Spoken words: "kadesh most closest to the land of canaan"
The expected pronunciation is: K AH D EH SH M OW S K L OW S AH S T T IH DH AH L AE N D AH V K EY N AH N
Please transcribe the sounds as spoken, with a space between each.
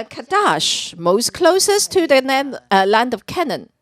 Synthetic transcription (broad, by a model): K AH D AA SH M OW S K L OW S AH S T T IH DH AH L AE N D AH V K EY N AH N